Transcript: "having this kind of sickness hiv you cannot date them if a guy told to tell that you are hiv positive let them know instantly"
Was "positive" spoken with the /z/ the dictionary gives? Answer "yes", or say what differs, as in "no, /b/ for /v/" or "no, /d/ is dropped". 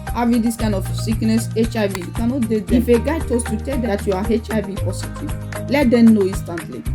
no, /s/ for /z/